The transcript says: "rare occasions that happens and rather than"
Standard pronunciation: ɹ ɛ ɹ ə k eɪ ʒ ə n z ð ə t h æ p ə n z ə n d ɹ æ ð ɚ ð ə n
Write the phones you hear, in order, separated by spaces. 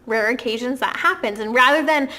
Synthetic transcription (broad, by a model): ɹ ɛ ɹ ə k eɪ ʒ ə n z ð ə t h æ p ə n z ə n ɹ æ ð ɚ ð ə n